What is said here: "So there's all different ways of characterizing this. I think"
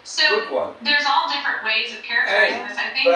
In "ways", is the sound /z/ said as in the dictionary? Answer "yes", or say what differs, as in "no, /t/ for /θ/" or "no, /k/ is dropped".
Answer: yes